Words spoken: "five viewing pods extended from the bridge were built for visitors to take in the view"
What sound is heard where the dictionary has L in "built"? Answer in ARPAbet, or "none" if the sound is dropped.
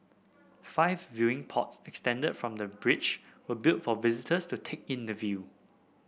L